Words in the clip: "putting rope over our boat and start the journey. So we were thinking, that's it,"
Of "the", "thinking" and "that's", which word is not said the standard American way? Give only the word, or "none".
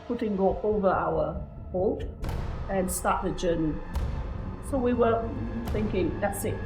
none